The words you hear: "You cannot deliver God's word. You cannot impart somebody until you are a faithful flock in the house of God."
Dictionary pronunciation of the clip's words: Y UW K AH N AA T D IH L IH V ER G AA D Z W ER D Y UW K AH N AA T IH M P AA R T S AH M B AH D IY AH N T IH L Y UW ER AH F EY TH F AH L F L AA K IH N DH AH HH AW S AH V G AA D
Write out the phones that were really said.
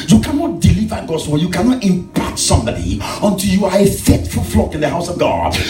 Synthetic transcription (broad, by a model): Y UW K AH N AA T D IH L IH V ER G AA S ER Y UW K AH N AA T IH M P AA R T S AH M B AH D IY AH N T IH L Y UW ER AH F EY T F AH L F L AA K IH N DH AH HH AW S AH V G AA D